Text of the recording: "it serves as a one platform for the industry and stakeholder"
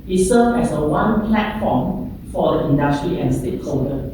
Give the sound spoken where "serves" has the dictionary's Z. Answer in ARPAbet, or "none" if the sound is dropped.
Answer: none